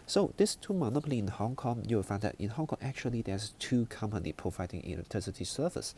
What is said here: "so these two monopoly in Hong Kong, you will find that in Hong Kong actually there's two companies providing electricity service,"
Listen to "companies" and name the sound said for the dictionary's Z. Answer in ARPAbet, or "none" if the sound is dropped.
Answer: none